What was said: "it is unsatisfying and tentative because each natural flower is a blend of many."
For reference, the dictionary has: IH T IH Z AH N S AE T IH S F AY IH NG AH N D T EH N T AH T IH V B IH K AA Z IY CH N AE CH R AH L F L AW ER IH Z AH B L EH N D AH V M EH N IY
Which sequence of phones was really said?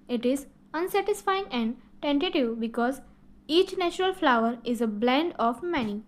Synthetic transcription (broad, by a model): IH T IH Z AH N S AE T IH S F AY IH NG AH N D T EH N T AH T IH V B IH K AA Z IY CH N AE CH R AH L F L AW ER IH Z AH B L EH N D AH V M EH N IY